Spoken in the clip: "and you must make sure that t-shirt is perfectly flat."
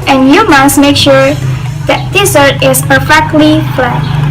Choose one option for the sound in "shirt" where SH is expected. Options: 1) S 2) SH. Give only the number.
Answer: 1